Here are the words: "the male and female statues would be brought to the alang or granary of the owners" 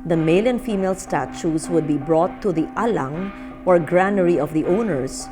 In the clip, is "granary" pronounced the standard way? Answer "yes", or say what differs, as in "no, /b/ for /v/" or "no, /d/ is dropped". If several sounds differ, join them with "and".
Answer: yes